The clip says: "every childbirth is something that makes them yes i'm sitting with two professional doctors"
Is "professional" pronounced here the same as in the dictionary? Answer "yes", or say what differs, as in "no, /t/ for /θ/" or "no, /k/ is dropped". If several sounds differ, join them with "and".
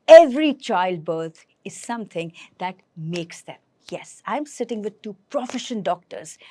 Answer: no, /n/ is dropped and /n/ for /l/